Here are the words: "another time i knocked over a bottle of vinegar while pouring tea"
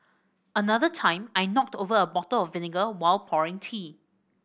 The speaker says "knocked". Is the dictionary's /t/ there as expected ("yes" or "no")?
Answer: yes